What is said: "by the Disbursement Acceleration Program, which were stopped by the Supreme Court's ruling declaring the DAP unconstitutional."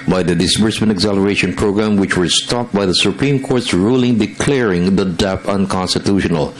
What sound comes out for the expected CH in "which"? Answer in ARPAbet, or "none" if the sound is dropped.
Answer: CH